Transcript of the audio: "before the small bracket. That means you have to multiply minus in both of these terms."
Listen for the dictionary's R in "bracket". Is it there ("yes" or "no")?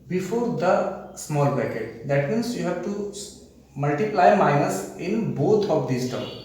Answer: no